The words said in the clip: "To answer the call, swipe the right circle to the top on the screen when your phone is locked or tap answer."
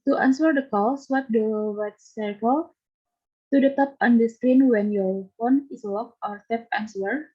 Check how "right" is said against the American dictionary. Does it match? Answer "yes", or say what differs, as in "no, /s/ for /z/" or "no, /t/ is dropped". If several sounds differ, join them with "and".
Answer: no, /w/ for /ɹ/